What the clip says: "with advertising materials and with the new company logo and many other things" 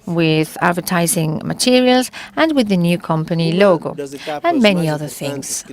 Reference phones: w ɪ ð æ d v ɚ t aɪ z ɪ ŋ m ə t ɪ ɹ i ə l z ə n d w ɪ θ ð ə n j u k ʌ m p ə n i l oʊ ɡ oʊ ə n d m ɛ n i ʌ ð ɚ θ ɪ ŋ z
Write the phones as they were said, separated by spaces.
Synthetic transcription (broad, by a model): w ɪ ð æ d v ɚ t aɪ z ɪ ŋ m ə t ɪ ɹ i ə l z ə n w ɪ ð ə n j u k ʌ m p ə n i l oʊ ɡ oʊ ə n m ɛ n i ʌ ð ɚ θ ɪ ŋ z